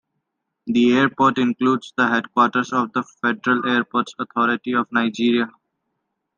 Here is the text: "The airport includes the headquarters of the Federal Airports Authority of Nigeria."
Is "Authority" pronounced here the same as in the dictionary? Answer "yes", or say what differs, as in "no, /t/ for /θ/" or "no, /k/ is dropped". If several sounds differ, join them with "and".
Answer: no, /t/ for /θ/